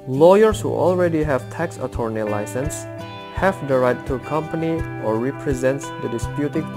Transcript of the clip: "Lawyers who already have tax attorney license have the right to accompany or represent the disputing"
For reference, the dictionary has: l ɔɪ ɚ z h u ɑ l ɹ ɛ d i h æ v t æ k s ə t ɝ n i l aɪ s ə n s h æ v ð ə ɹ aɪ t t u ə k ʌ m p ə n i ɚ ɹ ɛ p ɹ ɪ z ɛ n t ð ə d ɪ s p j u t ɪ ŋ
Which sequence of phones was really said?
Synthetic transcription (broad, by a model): l ɔɪ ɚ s h u ɑ l ɹ ɛ d i h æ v t æ k s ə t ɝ n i l aɪ s ə n s h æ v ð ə ɹ aɪ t t u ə k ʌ m p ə n i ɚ ɹ ɛ p ɹ ɪ z ɛ n t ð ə d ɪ s p j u t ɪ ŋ